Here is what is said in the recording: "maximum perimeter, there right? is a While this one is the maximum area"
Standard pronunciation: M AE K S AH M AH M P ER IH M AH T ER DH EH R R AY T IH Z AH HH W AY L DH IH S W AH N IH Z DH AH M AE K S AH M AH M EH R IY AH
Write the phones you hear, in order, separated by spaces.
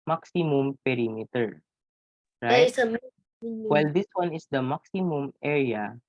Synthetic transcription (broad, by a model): M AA K S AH M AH M P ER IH M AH T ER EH R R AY IH S AH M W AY L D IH S W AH N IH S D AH M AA K S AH M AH M EH R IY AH